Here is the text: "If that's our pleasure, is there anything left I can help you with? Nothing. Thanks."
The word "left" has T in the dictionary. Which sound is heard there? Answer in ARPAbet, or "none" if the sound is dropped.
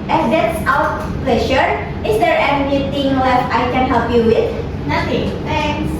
none